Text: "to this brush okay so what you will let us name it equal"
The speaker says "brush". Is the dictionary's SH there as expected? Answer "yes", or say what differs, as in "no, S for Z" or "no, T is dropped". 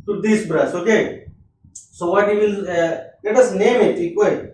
no, S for SH